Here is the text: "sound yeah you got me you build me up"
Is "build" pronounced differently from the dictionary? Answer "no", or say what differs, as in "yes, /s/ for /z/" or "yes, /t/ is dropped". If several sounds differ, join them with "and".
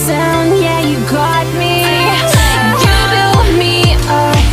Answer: yes, /l/ is dropped